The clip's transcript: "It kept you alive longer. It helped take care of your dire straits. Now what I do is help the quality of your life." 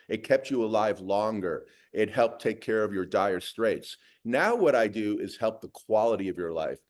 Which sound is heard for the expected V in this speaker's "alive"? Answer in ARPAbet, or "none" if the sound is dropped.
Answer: V